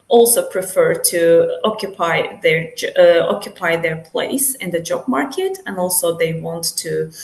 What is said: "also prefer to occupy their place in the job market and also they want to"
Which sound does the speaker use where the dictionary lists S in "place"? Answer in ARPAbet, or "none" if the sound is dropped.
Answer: S